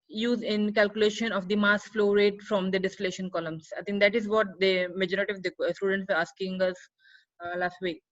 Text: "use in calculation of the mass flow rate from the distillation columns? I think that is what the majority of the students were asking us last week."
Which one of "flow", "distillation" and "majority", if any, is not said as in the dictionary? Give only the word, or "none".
none